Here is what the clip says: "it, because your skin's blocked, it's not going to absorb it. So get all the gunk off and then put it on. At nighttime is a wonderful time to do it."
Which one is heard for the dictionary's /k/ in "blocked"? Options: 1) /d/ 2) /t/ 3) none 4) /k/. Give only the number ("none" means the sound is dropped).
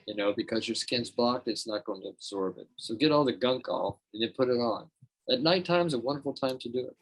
4